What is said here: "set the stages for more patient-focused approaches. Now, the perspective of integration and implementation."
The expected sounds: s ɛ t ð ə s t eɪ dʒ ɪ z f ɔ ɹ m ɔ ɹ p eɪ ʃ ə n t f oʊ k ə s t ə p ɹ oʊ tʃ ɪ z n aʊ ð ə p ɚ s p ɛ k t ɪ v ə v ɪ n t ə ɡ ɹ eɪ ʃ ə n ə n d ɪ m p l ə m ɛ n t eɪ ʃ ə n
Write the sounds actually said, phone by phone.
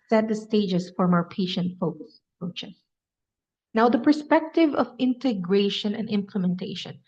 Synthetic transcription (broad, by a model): s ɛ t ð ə s t eɪ dʒ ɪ s f ɔ ɹ m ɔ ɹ p eɪ ʃ ə n t f oʊ k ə s ə p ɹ oʊ tʃ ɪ s n aʊ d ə p ɚ s p ɛ k t ɪ v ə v ɪ n t ə ɡ ɹ eɪ ʃ ə n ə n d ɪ m p l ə m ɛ n t eɪ ʃ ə n